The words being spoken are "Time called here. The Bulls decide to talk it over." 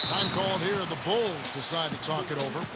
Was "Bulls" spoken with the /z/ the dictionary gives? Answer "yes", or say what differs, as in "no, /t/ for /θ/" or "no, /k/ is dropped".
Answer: yes